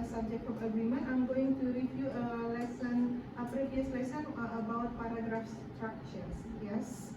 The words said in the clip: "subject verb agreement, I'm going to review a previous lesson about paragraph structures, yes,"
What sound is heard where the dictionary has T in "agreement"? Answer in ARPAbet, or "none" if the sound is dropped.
none